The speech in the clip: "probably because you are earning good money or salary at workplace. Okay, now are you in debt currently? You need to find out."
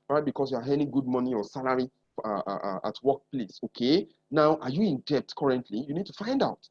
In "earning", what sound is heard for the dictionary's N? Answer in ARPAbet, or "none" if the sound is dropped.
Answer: none